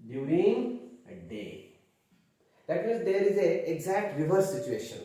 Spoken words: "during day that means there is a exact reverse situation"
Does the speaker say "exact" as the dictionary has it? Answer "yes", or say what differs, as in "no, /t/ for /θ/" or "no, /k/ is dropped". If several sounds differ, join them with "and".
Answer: yes